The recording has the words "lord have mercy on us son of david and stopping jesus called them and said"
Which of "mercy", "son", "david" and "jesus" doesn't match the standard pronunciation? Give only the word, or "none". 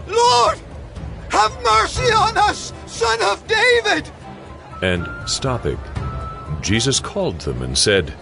none